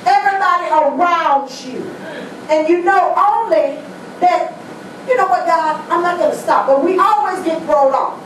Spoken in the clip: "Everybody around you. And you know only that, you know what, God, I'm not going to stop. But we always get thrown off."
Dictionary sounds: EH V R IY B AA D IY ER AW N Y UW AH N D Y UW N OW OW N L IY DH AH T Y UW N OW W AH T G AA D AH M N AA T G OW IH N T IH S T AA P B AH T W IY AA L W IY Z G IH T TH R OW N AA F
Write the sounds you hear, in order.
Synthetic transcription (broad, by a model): EH V R IY B AA D IY ER AW N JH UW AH N Y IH N OW OW N L IY DH AH T Y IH N OW W AH T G AA AH M N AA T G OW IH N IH S T AA P B AH T W IY AA L W IY Z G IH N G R OW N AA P